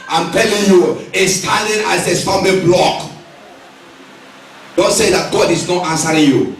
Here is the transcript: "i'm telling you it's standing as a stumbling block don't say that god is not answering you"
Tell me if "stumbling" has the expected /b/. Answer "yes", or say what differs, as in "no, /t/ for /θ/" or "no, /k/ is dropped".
no, /b/ is dropped